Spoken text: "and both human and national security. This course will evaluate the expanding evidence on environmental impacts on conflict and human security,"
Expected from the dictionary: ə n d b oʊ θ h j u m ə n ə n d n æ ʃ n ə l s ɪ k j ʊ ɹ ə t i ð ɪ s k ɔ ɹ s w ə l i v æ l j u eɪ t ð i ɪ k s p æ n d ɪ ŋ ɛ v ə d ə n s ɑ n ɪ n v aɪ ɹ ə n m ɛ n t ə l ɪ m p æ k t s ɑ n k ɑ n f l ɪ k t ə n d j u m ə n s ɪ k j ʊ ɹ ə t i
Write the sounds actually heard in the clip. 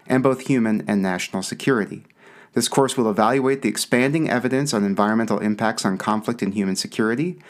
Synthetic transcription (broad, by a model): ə n b oʊ θ h j u m ə n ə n n æ ʃ n l s ɪ k j ʊ ɹ ə t i ð ɪ s k ɔ ɹ s w ə l i v æ l j u eɪ t ð i ɪ k s p æ n d ɪ ŋ ɛ v ə d ə n s n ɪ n v aɪ ɹ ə n m ɛ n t l ɪ m p æ k t s n k ɑ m f l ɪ k t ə n j u m ə n s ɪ k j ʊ ɹ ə t i